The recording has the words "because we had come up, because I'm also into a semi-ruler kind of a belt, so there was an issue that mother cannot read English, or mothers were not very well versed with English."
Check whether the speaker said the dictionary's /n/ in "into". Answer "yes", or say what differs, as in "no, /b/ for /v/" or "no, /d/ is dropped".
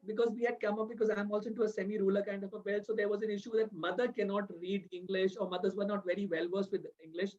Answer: no, /n/ is dropped